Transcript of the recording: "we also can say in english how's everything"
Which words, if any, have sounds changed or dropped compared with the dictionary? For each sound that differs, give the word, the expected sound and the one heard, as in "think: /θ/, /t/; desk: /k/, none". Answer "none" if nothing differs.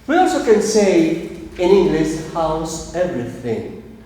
how's: /z/, /s/